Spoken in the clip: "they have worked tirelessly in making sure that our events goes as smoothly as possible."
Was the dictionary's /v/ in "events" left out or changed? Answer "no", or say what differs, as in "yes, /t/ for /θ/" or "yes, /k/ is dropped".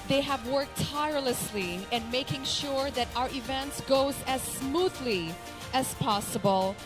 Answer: no